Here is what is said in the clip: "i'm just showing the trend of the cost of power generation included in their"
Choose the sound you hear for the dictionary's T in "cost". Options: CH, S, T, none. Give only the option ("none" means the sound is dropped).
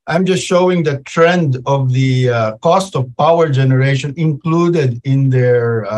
T